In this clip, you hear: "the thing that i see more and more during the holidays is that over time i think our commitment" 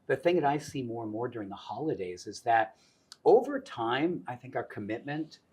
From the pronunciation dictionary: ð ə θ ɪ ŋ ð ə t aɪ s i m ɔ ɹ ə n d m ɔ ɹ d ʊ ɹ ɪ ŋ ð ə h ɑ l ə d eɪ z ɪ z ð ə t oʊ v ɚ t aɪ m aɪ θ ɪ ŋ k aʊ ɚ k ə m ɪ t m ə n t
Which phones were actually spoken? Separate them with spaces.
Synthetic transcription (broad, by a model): ð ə θ ɪ ŋ ð ə t aɪ s i m ɔ ɹ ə n m ɔ ɹ d ʊ ɹ ɪ ŋ ð ə h ɑ l ə d eɪ z ɪ z ð ə t oʊ v ɚ t aɪ m aɪ θ ɪ ŋ k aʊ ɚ k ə m ɪ t m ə n t